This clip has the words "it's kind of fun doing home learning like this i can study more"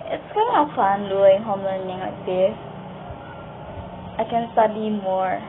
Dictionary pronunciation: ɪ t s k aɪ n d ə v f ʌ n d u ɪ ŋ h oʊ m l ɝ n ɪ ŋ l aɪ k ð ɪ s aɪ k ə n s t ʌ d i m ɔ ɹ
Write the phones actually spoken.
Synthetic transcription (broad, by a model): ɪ t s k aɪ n ə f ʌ n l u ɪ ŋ h oʊ m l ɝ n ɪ ŋ l aɪ k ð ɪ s aɪ k ə n s t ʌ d i m ɔ ɹ